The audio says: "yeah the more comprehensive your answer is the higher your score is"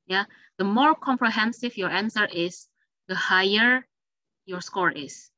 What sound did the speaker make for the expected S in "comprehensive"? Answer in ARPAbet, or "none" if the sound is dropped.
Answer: S